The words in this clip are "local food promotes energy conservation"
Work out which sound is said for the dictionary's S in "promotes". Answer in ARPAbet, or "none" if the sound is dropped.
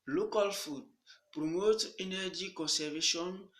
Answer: none